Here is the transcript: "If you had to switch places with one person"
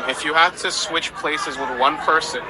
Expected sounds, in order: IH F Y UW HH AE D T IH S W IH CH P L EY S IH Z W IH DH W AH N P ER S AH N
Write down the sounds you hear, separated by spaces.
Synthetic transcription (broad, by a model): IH F Y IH HH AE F T IH S W IH CH P L EY S IH Z W IH DH W AH N P ER S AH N